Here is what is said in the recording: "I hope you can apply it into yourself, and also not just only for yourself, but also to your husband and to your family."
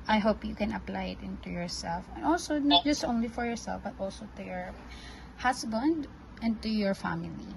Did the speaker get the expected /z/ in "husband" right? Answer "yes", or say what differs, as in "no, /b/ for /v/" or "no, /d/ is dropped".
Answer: no, /s/ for /z/